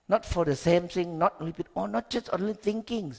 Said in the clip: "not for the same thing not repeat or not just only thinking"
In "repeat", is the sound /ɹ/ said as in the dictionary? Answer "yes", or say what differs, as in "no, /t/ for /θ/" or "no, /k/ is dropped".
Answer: no, /l/ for /ɹ/